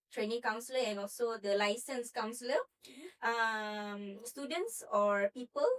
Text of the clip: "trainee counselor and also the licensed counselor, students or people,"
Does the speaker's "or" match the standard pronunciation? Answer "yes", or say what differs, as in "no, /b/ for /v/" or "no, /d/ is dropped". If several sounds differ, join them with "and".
yes